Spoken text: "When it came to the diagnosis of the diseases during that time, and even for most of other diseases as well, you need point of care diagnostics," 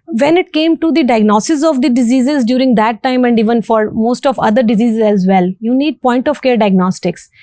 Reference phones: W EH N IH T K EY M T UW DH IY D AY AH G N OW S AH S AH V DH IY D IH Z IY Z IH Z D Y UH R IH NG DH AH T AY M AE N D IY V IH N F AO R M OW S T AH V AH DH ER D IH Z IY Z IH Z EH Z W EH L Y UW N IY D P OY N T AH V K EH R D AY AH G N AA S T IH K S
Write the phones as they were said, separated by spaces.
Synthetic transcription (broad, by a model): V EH N IH T K EY M T UW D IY D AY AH G N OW S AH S AH V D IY D IH Z IY Z IH Z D Y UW R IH NG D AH T AY M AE N D IY V IH N F AO R M OW S T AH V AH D ER D IH Z IY Z IH Z EH Z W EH L Y UW N IY D P OY N T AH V K EH R D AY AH G N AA S T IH K S